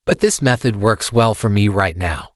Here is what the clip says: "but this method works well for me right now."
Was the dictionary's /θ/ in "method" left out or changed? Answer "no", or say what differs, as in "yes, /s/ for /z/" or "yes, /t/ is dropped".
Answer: no